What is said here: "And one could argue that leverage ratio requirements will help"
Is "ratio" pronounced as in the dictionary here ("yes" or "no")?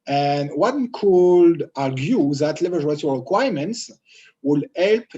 no